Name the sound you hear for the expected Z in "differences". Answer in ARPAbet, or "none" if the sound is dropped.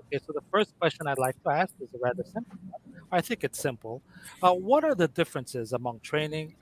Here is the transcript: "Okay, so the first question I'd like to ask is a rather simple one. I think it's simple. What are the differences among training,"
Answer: Z